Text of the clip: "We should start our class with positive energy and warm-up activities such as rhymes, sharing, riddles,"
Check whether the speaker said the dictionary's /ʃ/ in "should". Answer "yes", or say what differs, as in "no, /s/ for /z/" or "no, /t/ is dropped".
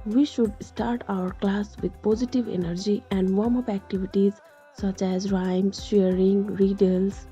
yes